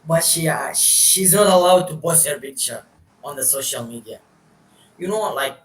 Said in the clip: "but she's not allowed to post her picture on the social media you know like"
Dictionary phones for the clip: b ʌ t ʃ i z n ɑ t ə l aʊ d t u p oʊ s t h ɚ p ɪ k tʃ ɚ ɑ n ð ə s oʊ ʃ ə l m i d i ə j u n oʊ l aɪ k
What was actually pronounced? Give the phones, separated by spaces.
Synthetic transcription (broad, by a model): b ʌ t ʃ i z n ɑ t ə l aʊ d t u b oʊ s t h ɚ p ɪ k tʃ ɚ ɑ n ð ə s oʊ ʃ ə l m i d i ə j u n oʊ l aɪ k